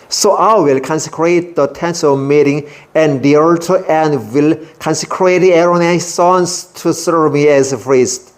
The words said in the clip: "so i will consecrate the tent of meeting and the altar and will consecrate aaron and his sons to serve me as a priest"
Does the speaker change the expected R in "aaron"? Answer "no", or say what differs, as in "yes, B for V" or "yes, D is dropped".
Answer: yes, R is dropped